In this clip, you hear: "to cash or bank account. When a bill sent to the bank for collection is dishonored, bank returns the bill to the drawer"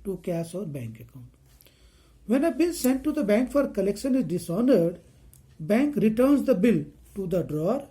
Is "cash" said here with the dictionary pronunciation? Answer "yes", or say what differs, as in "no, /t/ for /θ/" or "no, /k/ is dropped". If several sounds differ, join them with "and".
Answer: no, /s/ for /ʃ/